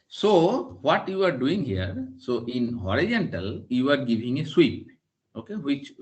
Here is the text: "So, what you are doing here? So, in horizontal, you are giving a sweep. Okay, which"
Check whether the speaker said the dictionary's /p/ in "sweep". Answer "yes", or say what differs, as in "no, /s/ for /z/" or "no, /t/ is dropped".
yes